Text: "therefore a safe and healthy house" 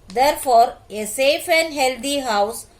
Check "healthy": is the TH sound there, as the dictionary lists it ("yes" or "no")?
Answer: no